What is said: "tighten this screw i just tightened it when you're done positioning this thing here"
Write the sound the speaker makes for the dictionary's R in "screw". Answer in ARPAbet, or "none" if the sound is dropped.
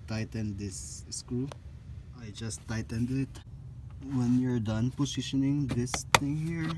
none